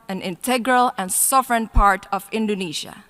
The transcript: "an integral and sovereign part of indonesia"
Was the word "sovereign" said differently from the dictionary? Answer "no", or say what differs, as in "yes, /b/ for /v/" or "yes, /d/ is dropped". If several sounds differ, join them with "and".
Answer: no